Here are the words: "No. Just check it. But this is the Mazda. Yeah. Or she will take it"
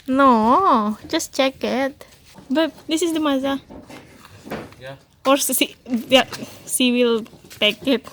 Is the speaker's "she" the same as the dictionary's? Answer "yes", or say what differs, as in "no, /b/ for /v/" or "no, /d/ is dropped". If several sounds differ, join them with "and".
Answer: no, /s/ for /ʃ/